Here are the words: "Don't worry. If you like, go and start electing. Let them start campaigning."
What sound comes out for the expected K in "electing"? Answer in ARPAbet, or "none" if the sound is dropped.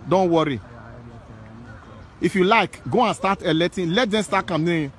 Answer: none